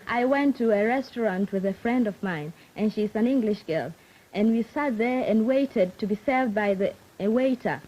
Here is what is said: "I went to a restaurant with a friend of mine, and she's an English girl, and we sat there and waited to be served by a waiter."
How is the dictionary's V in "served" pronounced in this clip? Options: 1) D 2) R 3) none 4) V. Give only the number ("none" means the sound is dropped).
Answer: 4